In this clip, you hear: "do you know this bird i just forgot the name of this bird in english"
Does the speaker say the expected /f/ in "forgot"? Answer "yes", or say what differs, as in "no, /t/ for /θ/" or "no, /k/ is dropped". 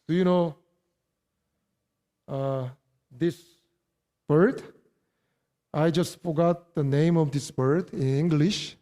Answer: yes